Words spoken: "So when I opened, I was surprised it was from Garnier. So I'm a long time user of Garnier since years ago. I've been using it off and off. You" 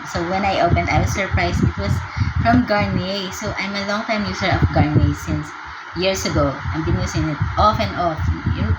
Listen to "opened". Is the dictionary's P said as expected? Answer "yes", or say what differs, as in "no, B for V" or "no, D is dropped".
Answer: yes